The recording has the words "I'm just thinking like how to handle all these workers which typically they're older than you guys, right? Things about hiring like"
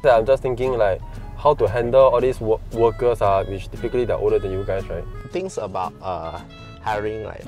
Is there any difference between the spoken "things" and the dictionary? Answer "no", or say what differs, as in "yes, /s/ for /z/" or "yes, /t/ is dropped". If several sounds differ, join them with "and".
yes, /t/ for /θ/ and /s/ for /z/